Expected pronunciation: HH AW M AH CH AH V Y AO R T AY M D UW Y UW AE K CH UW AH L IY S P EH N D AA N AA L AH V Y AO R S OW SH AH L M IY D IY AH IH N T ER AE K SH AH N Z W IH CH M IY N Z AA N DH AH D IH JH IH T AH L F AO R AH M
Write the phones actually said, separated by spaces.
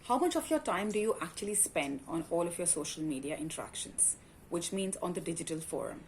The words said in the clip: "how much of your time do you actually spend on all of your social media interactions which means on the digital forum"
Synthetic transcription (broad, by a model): HH AW M AH CH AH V Y AO R T AY M D UW Y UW AE K CH UW AH L IY S P EH N D AA N AA L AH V Y AO R S OW SH AH L M IY D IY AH IH N T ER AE K SH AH N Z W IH CH M IY N Z AA N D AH D IH JH IH T AH L F AO R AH M